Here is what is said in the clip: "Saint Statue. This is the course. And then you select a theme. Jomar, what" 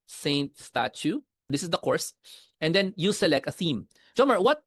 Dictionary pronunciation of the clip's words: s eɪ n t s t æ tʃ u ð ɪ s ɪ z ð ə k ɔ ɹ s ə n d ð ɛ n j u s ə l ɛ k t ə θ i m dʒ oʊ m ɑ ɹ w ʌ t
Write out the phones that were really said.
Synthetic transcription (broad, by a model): s eɪ n t s t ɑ tʃ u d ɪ s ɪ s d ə k ɔ ɹ s ə n d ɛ n j u s ə l ɛ k t ə θ i m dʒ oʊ m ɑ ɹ w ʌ t